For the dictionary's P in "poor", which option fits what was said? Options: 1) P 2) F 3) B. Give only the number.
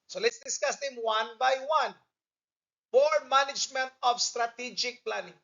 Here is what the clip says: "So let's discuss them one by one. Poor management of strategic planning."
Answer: 3